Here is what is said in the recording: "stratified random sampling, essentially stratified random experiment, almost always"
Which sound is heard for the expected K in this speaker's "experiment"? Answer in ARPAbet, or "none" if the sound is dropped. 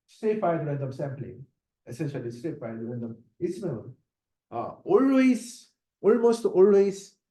none